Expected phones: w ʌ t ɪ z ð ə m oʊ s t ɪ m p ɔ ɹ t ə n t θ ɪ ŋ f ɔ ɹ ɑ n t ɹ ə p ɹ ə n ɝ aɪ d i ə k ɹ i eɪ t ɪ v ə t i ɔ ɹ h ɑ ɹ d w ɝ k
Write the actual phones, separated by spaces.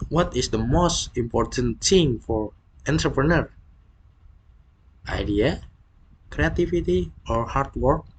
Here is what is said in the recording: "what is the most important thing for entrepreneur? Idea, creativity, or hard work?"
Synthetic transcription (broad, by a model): w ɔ t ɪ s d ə m oʊ s t ɪ m p ɔ ɹ t ə n t s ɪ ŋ f ɔ ɹ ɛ n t ɹ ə p ɹ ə n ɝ aɪ d i ə k ɹ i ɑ t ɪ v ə t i ɔ ɹ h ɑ ɹ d w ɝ k